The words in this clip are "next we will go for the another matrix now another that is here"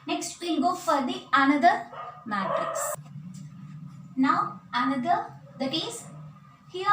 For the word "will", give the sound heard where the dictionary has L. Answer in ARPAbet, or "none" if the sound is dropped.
N